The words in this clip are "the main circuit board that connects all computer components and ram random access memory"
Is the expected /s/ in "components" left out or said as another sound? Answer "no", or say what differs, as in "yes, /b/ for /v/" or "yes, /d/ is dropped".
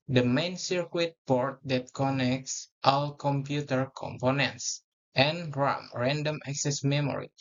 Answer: no